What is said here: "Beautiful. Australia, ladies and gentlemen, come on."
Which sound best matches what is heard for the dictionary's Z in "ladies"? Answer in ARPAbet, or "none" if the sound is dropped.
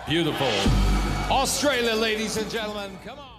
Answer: Z